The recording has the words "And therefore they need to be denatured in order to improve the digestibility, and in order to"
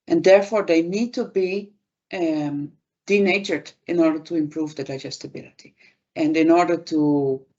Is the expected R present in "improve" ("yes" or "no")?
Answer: yes